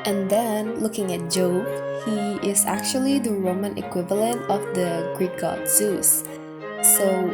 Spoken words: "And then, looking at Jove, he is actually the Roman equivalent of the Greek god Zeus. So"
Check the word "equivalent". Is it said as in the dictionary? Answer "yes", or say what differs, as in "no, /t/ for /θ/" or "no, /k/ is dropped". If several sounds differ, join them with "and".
yes